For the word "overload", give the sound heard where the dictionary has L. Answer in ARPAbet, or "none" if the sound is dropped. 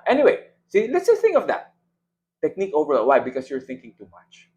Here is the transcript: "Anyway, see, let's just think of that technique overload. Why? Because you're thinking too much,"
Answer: none